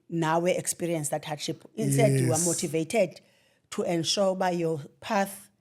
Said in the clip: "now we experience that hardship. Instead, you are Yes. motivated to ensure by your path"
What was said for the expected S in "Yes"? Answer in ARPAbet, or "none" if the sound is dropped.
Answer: none